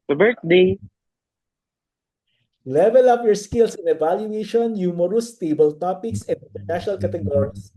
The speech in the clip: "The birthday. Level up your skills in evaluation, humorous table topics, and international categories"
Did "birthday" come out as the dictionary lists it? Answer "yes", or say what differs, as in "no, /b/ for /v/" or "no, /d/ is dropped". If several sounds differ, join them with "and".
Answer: no, /t/ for /θ/